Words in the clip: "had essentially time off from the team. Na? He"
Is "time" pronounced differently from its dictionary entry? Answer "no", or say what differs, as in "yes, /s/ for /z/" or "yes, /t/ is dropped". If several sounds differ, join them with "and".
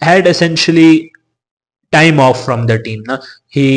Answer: no